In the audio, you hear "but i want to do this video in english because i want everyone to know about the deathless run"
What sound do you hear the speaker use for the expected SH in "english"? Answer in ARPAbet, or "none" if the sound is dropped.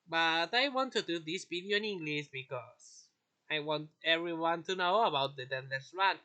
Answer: S